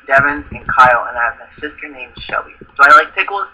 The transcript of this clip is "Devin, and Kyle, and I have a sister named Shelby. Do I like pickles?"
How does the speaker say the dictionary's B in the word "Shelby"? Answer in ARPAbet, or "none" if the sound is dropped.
none